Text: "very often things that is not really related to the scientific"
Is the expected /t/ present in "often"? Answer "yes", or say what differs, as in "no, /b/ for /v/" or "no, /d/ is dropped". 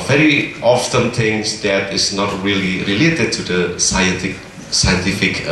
no, /s/ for /t/